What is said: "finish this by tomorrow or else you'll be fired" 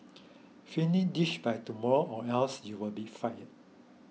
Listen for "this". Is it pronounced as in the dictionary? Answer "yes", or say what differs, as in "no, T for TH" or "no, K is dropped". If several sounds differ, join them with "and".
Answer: no, SH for S